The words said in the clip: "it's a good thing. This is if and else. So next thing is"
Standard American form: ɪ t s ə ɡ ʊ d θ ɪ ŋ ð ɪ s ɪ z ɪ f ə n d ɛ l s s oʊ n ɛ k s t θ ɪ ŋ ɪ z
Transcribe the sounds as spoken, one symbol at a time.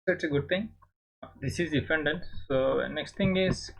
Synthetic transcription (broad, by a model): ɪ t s ə ɡ ʊ d t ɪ ŋ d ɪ s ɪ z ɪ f ə n d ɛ n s s oʊ n ɛ k s t t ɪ ŋ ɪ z